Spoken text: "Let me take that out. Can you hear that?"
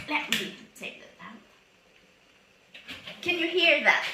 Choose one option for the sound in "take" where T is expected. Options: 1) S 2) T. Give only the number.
1